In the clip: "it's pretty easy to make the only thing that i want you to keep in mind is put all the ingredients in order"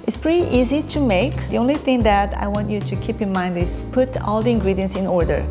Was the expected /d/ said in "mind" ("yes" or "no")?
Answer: yes